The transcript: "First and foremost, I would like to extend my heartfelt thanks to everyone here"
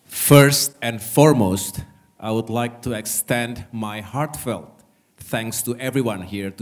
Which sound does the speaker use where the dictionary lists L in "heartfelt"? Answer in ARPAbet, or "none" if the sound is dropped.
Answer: L